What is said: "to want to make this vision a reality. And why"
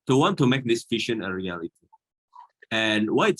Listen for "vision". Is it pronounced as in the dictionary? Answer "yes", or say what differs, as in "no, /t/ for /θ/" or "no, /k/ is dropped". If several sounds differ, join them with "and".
no, /f/ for /v/ and /ʃ/ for /ʒ/